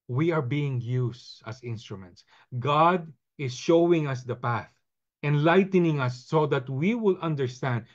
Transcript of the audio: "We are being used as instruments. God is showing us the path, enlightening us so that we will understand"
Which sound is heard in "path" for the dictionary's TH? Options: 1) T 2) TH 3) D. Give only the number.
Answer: 2